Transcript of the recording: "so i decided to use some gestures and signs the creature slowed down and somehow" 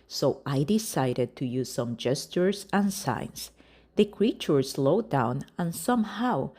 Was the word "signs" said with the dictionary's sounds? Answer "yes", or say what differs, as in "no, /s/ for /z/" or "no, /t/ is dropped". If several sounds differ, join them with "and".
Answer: no, /s/ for /z/